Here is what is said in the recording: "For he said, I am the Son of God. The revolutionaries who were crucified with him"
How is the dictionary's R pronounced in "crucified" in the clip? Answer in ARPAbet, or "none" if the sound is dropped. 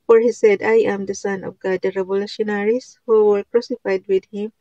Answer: R